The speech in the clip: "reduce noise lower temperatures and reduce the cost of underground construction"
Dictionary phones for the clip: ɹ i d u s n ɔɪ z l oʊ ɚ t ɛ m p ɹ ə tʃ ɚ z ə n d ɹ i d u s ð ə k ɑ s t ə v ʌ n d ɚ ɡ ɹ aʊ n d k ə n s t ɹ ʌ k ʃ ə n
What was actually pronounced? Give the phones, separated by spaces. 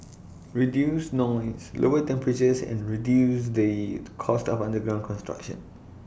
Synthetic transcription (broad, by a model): ɹ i d u s n ɔɪ s l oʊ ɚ t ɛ m p ɹ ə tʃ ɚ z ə n ɹ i d u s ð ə k ɑ s t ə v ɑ n d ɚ ɡ ɹ aʊ n k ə n s t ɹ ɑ k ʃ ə n